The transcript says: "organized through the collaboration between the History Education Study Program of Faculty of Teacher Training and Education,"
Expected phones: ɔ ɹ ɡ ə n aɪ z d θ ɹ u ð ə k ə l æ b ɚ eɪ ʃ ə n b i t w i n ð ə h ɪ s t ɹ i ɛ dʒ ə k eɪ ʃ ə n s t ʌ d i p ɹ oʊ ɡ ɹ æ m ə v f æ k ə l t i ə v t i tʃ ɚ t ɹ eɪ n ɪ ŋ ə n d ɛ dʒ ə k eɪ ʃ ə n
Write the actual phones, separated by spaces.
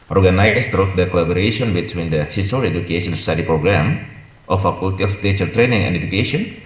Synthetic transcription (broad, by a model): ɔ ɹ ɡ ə n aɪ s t ɹ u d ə k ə l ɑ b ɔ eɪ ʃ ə n b i t w i n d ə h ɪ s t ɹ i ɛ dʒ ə k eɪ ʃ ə n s s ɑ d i p ɹ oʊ ɡ ɹ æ m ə f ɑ k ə l t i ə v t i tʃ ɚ t ɹ eɪ n ɪ ŋ ə n d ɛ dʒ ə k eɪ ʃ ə n